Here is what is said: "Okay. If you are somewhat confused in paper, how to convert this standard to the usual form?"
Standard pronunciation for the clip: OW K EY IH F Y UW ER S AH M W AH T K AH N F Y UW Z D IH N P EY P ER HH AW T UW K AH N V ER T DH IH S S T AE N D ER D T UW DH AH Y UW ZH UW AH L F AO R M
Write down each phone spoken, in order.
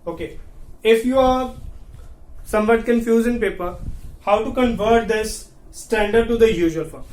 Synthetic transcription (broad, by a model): OW K EY IH F Y UW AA S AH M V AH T K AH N F Y UW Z IH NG P EY P ER HH AW T UW K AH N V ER T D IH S S T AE N D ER D T UW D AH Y UW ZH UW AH L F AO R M